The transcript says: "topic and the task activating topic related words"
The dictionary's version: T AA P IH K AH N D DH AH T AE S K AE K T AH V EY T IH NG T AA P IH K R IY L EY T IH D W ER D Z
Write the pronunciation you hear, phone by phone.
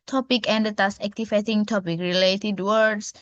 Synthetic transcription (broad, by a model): T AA P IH K AH N D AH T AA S AE K T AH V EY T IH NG T AA P IH K R IY L EY T IH D W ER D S